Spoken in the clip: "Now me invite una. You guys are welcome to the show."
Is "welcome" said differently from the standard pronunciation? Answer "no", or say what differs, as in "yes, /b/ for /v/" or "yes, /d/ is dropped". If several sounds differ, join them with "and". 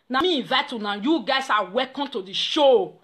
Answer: yes, /l/ is dropped